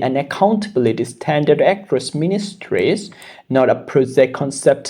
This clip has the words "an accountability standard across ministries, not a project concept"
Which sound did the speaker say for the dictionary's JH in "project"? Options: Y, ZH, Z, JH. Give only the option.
Z